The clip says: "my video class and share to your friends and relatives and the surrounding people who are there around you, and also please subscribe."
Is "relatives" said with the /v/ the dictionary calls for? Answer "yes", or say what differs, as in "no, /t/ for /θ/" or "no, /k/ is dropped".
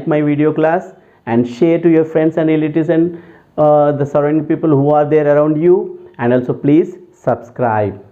no, /v/ is dropped